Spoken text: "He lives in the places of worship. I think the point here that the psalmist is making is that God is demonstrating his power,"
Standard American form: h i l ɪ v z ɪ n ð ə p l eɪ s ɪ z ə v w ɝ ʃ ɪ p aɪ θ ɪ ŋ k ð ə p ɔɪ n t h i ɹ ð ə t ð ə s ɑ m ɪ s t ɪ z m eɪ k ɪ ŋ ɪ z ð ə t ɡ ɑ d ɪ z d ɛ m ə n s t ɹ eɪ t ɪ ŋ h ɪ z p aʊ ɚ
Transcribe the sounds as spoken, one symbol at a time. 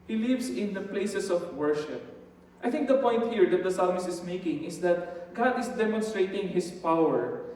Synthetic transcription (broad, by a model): h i l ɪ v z ɪ n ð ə p l eɪ s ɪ s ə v w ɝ ʃ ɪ p aɪ θ ɪ ŋ k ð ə p ɔɪ n t h i ɹ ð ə t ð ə s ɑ m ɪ s ɪ s m eɪ k ɪ ŋ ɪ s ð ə t ɡ ɑ d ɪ s d ɛ m ə n s t ɹ eɪ t ɪ ŋ h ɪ s p aʊ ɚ